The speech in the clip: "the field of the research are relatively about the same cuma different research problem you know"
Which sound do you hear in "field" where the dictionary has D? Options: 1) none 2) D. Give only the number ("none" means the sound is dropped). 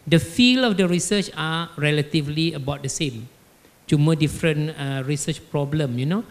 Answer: 1